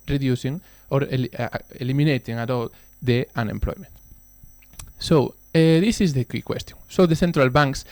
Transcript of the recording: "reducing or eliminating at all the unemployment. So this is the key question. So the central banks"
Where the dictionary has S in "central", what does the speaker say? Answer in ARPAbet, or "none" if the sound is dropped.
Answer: TH